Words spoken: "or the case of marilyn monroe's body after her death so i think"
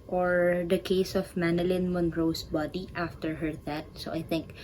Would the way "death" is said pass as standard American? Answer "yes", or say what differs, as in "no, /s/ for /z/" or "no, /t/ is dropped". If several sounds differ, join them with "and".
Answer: no, /t/ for /θ/